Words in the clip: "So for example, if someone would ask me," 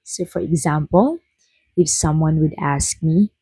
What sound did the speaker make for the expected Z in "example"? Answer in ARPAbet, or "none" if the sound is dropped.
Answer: Z